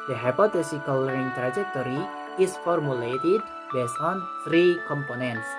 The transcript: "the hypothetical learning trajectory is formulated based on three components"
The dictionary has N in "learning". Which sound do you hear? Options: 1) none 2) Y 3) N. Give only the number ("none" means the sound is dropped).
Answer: 1